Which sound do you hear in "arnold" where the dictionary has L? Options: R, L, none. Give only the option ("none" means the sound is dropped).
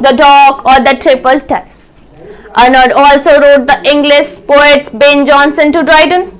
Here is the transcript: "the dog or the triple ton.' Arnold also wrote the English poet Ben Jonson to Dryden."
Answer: none